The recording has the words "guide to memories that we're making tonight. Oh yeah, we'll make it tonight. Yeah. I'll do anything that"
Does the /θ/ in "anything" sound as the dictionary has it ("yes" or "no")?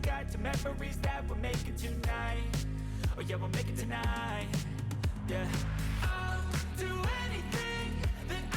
yes